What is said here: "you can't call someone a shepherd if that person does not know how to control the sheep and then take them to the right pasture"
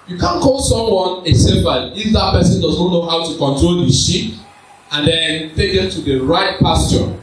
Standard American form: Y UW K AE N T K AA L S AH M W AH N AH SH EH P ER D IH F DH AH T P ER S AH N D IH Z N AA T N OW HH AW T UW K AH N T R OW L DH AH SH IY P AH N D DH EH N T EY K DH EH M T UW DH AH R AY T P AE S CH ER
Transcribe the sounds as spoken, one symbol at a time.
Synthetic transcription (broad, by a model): Y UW K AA N K AA L S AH M W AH N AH S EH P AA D IH F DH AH T P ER S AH N D IH Z N AA T N OW HH AW T UW K AH N T R OW L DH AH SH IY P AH N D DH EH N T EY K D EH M T UW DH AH R AY T P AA S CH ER